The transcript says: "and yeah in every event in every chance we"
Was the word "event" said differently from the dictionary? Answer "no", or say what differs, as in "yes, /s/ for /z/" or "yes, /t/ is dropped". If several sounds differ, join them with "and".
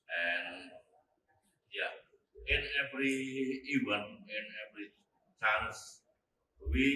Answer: yes, /t/ is dropped